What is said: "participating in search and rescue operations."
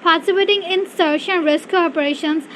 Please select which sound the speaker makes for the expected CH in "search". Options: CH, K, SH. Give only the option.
SH